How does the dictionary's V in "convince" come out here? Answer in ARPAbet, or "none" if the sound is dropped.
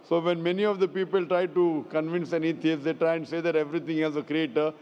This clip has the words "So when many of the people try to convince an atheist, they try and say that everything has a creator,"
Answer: V